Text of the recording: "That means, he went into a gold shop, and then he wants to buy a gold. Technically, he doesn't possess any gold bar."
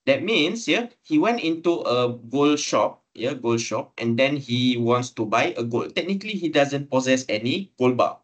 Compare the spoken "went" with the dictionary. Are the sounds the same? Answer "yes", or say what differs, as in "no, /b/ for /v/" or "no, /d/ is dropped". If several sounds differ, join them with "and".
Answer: yes